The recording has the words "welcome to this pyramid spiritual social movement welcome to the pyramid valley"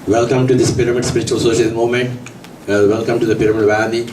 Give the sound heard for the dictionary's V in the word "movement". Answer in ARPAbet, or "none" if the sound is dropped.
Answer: none